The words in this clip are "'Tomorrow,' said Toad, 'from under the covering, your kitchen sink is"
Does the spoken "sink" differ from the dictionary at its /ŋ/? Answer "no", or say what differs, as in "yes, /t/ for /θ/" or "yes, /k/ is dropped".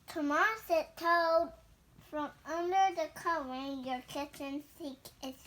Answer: yes, /ŋ/ is dropped